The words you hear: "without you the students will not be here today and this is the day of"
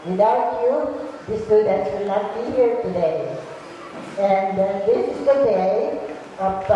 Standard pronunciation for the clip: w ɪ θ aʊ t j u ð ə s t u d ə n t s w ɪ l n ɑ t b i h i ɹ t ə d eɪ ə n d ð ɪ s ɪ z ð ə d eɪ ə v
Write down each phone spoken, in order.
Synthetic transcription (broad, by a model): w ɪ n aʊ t j u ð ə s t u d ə t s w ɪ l n ɑ t b i h i ɹ t ə d eɪ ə n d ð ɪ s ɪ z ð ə d eɪ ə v